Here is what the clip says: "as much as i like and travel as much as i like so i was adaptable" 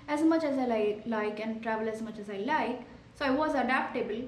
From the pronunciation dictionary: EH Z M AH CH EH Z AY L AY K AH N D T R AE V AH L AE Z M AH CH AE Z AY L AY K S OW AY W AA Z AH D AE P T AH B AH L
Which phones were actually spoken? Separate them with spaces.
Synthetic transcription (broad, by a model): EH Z M AH CH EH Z AY L AY K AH N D T R AE V AH L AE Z M AH CH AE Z AY L AY K S OW AY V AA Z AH D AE P T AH B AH L